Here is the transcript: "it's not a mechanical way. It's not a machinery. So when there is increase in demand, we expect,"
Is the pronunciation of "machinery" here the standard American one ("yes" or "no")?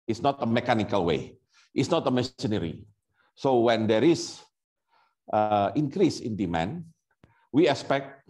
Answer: no